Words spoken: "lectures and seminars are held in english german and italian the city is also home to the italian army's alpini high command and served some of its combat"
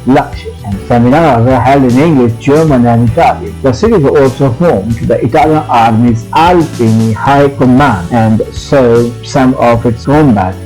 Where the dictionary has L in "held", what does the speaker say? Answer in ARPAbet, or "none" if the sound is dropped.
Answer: L